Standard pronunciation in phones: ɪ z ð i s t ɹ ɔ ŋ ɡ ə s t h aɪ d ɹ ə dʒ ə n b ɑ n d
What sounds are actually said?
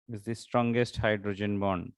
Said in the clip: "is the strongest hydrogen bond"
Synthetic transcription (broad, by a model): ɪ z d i s t ɹ ɔ ŋ ɡ ə s t h aɪ d ɹ ə dʒ ə n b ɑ n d